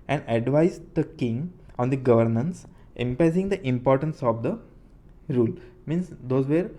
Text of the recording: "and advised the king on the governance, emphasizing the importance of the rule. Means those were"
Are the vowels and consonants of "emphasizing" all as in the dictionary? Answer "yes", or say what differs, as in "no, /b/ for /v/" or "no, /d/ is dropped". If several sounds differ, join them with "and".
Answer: no, /p/ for /f/